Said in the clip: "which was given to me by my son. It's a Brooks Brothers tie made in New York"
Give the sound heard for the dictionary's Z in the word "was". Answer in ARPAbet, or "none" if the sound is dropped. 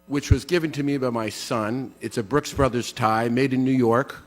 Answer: Z